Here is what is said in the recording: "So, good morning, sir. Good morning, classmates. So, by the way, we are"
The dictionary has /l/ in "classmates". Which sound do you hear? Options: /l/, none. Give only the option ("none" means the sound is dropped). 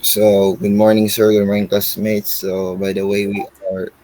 none